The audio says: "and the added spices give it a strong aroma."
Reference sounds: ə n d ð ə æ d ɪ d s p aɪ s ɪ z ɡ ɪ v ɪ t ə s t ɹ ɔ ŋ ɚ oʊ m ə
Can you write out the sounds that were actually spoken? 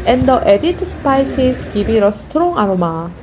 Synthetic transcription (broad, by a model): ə n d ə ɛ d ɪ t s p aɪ s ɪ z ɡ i b ɪ t ə s t ɹ ɔ ŋ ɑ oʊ m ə